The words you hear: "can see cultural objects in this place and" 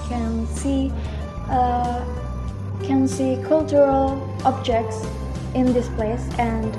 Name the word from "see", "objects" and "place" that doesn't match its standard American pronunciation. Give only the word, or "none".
none